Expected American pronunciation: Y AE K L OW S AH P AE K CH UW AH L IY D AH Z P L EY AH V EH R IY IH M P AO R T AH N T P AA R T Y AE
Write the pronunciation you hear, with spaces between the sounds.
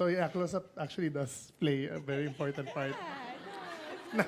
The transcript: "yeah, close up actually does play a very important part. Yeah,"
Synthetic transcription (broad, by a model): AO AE K L OW S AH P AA K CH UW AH L IY D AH S P L EY AH V EH R IY IH M P AO R T AH N T P AA R T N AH